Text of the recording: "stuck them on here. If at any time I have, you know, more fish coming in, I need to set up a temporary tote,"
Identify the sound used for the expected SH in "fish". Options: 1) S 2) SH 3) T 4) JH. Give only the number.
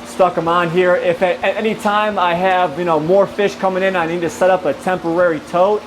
2